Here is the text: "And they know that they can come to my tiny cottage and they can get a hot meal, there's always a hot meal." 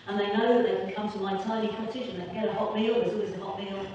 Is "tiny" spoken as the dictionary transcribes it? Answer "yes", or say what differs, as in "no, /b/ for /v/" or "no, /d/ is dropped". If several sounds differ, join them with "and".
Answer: no, /l/ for /n/